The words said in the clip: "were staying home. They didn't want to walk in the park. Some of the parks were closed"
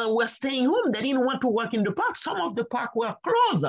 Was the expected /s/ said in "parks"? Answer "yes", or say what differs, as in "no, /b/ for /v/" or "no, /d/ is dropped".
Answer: no, /s/ is dropped